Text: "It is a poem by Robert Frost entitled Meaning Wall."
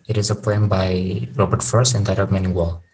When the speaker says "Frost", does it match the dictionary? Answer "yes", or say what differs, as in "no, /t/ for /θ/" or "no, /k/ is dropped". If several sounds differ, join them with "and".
no, /ɹ/ is dropped